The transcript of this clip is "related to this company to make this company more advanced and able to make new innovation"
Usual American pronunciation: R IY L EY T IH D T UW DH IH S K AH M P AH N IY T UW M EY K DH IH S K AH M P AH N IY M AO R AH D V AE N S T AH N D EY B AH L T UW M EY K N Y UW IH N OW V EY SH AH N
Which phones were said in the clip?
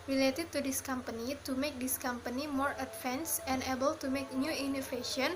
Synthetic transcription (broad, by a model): R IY L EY T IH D T UW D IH S K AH M P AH N IY T UW M EY K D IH S K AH M P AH N IY M AO R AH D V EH N S AH N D EY B AH L T UW M EY K N Y UW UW N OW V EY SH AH N